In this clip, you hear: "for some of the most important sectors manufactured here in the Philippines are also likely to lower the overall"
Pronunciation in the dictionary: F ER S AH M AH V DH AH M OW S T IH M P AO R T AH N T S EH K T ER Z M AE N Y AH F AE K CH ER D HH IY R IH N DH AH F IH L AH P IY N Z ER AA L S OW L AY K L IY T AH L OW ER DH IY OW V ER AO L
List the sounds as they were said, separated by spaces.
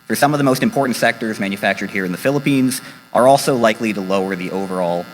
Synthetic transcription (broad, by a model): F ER S AH M AH V DH AH M OW S T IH M P AO R T N T S EH K T ER Z M AE N Y AH F AE K CH ER D HH IY R IH N DH AH F IH L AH P IY N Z ER AA L S OW L AY K L IY T AH L OW ER DH IY OW V ER AO L